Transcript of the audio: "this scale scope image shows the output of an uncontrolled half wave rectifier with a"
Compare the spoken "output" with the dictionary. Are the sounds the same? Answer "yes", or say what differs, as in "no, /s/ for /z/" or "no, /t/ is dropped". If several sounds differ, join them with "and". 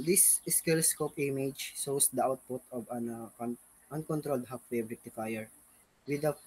yes